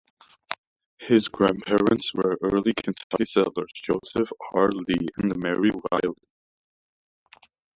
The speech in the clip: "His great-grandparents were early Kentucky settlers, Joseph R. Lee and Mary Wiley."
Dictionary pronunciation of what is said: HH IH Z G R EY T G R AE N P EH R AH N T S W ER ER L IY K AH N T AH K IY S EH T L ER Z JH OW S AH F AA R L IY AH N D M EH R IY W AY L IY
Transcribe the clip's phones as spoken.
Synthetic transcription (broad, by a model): HH IH Z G G R AE N P EH R AH N T S W ER ER L IY K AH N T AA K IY S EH L ER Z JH OW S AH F AA R L IY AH N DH M EH R IY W AY L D